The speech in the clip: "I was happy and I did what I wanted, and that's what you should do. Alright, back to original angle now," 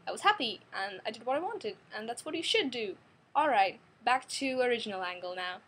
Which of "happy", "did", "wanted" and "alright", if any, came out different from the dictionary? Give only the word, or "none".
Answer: none